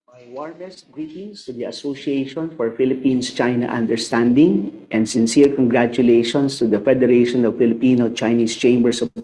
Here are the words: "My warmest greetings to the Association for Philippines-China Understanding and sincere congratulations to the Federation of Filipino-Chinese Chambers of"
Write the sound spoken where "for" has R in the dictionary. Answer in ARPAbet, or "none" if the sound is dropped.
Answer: R